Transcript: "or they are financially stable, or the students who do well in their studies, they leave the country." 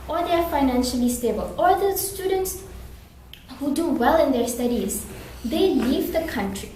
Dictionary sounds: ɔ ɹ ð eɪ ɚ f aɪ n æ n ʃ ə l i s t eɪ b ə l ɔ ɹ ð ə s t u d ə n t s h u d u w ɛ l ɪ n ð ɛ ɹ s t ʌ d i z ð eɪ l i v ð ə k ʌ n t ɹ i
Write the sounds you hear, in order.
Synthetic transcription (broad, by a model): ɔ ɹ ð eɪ ɚ f aɪ n æ n ʃ ə l i s t eɪ b ə l ɔ ɹ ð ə s t u d ə n t s h u d u w ɛ l ɪ n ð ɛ ɹ s t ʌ d i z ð eɪ l i v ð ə k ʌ n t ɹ i